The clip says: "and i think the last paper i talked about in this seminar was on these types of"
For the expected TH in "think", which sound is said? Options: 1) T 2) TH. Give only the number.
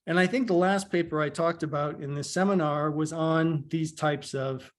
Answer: 2